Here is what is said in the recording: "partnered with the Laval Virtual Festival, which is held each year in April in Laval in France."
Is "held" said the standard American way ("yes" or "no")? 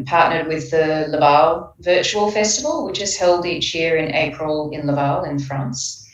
yes